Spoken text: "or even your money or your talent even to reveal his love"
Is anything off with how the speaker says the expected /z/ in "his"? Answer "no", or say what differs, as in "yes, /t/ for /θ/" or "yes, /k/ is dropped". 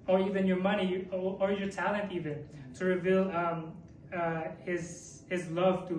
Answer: no